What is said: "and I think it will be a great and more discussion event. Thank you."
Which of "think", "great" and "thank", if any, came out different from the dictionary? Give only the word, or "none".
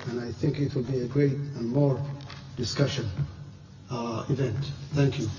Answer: none